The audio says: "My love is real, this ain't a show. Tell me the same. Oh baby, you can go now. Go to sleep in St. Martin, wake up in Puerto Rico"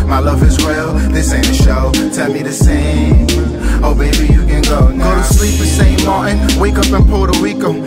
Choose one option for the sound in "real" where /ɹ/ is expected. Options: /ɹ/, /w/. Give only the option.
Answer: /w/